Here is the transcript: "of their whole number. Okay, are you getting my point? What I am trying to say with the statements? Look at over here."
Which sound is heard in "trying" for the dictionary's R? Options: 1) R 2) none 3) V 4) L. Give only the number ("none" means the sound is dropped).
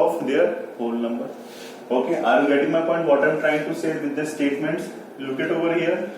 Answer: 1